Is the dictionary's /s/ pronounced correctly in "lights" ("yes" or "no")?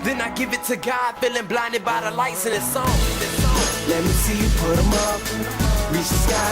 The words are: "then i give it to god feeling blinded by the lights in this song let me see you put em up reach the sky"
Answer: yes